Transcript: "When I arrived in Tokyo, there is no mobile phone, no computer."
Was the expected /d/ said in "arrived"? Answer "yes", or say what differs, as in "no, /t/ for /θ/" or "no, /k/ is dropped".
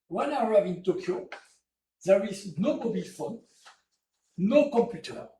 no, /d/ is dropped